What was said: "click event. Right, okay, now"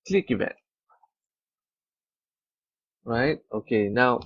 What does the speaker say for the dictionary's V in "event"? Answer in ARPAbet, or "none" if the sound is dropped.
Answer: B